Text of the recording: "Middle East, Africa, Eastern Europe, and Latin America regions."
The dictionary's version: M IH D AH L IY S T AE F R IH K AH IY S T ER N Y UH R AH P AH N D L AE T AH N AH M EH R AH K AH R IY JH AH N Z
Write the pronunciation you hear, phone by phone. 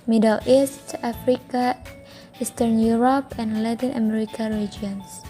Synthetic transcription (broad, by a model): M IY D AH L IY S T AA F R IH K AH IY S T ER N Y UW R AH P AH N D L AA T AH N AH M EH R AH K AH R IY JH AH N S